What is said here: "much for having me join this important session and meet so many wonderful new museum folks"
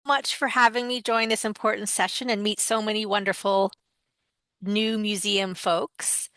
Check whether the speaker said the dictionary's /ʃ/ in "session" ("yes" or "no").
yes